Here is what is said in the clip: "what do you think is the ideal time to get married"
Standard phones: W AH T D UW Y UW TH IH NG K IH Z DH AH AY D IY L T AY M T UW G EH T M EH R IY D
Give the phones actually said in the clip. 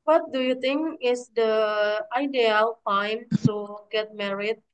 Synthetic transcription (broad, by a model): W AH T D UW Y UW T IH NG K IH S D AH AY D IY L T AY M T UW G EH T M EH R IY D